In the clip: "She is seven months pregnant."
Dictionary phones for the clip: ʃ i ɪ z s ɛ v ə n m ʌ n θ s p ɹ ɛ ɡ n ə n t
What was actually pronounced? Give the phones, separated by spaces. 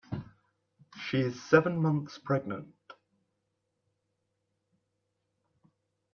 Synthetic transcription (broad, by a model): ʃ i ɪ z s ɛ v ə n m ʌ n θ s p ɹ ɛ ɡ n ə n t